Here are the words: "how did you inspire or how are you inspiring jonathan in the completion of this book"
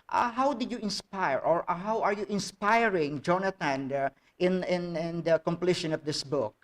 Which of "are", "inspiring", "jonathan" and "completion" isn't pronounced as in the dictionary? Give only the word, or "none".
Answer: jonathan